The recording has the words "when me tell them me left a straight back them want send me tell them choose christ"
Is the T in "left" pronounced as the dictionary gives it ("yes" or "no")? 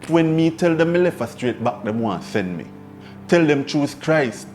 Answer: no